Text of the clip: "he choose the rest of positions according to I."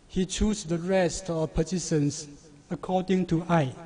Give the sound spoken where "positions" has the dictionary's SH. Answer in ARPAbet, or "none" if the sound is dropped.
S